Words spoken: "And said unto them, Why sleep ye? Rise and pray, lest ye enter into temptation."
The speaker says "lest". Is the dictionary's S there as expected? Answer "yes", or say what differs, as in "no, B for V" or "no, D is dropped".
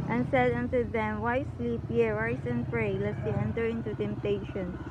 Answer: no, S is dropped